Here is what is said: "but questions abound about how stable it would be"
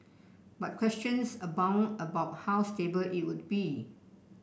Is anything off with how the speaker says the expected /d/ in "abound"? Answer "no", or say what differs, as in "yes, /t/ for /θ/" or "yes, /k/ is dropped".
yes, /d/ is dropped